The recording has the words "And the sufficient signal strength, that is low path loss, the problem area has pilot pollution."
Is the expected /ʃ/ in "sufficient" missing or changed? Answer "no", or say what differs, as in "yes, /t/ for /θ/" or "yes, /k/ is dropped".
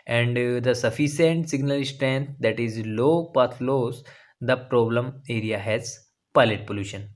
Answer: yes, /s/ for /ʃ/